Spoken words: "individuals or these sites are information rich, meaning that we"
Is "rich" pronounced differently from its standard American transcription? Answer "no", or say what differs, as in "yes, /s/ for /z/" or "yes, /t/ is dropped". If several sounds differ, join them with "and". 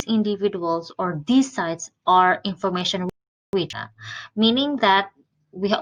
yes, /w/ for /ɹ/